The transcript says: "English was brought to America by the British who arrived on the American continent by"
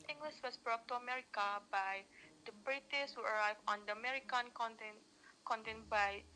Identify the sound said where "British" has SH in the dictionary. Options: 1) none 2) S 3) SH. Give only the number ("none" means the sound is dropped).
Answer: 2